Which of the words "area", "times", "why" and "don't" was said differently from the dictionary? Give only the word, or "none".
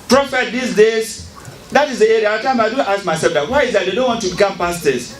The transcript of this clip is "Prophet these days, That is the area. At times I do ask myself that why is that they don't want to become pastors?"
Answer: times